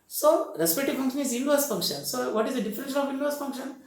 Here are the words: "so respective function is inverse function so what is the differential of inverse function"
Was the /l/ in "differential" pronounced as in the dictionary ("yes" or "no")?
no